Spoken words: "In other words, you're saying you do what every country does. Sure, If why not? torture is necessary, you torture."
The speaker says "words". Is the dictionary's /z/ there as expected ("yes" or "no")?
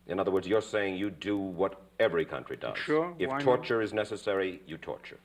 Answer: yes